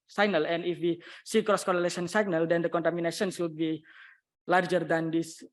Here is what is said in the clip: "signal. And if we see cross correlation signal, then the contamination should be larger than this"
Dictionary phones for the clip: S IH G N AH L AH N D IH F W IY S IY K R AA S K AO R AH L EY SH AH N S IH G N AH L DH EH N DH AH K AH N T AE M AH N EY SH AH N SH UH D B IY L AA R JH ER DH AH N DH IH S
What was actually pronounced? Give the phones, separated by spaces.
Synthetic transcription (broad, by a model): S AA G N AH L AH N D IH F W IY S IY K R AA S K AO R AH L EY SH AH N S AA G N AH L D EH N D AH K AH N T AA M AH N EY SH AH N S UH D B IY L AA R JH ER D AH N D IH S